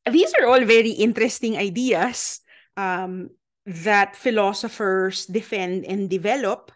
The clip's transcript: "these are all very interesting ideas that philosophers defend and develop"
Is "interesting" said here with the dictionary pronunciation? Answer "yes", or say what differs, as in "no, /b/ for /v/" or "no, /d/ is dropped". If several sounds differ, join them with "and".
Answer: yes